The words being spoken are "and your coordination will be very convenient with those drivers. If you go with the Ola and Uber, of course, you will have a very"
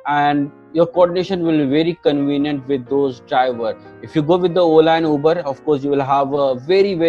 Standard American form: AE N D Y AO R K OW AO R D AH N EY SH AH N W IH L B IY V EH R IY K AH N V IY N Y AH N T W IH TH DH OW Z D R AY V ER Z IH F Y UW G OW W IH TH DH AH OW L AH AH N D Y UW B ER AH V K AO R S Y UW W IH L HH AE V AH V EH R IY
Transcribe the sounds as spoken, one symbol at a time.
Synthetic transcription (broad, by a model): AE N D Y AO R K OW AO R D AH N EY SH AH N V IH L B IY V EH R IY K AH N V IY N Y AH N T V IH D OW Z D R AY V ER IH F Y UW G OW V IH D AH OW L AH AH N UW B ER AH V K AO R S Y UW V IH L HH AE V AH V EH R IY